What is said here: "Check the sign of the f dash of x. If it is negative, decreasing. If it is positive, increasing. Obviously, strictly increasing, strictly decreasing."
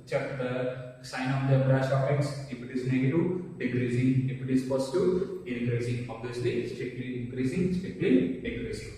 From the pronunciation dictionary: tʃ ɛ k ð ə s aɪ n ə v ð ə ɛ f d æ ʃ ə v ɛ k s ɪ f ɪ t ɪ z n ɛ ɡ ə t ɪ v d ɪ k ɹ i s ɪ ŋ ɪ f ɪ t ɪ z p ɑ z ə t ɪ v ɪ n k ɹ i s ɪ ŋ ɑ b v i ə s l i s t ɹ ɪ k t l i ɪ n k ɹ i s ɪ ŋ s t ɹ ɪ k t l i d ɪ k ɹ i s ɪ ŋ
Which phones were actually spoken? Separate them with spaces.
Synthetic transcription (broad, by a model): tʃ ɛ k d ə s aɪ n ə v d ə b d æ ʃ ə f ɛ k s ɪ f ɪ t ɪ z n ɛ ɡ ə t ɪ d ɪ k ɹ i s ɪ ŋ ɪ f ɪ t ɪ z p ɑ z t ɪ ɪ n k ɹ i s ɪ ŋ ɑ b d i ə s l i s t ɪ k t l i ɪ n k ɹ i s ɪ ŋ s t ɪ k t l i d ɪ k ɹ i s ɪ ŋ